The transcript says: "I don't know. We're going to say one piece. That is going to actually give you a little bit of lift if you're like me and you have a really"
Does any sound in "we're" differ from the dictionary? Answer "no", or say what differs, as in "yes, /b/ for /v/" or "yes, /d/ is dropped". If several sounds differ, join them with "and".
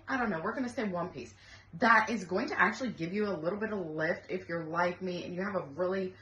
no